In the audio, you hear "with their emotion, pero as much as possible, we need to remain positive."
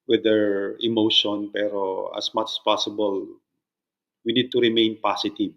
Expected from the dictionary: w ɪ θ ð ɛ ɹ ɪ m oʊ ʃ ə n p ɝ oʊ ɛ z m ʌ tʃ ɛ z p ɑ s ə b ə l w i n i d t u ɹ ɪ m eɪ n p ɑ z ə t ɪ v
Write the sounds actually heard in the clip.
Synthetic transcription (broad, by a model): w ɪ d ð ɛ ɹ ɪ m oʊ ʃ ə n p ɝ oʊ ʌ s m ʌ tʃ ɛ s p ɑ s ə b ə l w i n i d t u ɹ ɪ m eɪ n p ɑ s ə t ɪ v